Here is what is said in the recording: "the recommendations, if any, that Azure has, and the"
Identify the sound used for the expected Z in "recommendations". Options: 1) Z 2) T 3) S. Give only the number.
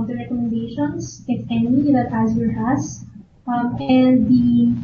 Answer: 3